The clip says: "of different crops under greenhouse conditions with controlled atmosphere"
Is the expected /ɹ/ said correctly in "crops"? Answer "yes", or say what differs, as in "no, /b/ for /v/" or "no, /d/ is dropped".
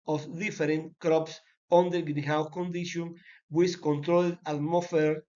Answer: yes